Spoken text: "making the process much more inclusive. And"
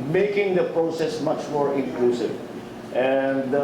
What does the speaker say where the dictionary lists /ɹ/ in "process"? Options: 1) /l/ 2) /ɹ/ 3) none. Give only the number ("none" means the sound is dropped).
2